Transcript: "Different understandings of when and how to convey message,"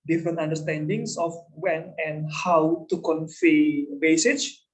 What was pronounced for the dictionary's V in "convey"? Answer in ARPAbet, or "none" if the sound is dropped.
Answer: F